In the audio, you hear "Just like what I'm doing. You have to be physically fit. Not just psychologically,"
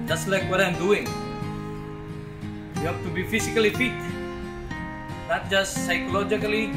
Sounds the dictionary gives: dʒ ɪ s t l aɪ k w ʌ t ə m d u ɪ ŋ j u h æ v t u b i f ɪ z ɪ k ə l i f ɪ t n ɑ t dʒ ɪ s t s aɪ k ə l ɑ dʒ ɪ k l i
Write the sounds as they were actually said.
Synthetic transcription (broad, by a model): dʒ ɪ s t l aɪ k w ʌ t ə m d u ɪ ŋ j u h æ p t u b i f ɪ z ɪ k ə l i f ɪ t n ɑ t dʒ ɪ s s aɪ k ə l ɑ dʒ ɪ k l i